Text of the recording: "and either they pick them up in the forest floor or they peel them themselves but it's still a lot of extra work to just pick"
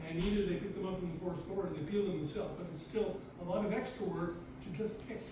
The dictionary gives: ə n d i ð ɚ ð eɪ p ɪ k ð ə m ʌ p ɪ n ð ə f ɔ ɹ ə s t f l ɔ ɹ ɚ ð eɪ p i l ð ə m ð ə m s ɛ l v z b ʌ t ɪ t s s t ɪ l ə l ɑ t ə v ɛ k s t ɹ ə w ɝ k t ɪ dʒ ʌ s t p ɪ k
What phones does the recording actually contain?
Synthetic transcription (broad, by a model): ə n i ð ɚ ð eɪ p ɪ k ð ə m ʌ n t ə f ɔ ɹ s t f ɔ ɹ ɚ ð eɪ p i l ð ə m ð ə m s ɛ l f b ʌ t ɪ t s s t ɪ l ə l ɑ t ə v ɛ k s t ɹ ə w ɝ k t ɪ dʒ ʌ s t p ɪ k